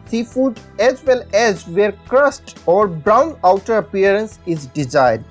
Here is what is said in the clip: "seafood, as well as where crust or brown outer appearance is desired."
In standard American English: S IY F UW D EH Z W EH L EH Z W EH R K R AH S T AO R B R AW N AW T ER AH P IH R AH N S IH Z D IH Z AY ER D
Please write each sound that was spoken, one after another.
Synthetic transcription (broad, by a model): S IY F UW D EH Z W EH L EH Z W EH R K R AH S T AO R B R AW N AW T ER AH P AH R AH N S IH Z D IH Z AY D